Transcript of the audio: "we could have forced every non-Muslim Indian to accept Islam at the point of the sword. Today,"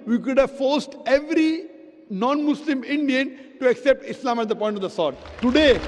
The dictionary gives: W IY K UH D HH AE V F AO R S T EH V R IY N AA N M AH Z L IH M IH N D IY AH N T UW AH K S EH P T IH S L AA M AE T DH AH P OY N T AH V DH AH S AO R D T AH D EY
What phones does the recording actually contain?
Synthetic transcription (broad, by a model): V IY K UH D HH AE V F AO R S T EH V R IY N AA N M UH S L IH M IH N D IY AH N T UW AH K S EH P T IH S L AA M AE T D AH P OY N T AH V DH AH S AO R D T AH D EY